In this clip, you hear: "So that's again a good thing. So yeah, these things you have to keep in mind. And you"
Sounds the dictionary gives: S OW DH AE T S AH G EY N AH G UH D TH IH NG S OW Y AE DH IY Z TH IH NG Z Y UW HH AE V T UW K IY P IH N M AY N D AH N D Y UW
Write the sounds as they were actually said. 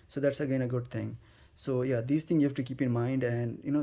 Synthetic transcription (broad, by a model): S OW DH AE T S AH G EY N AH G UH D T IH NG S OW Y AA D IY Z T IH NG Y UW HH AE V T UW K IY P IH N M AY N D AH N D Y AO